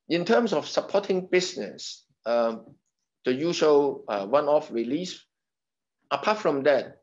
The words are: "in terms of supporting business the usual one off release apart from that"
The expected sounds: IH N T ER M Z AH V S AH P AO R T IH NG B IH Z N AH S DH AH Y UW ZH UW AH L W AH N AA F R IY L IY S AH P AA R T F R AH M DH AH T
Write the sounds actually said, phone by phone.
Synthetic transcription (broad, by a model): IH N T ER M S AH F S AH P AO T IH NG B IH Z N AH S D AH Y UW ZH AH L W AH N AA F R IY L IY S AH P AA T F R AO M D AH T